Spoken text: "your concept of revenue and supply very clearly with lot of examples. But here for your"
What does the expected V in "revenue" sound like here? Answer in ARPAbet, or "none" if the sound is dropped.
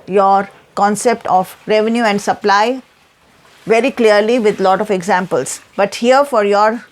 V